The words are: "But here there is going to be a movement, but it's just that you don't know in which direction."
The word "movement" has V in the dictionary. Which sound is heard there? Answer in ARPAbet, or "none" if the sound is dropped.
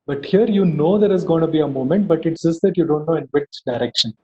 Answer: none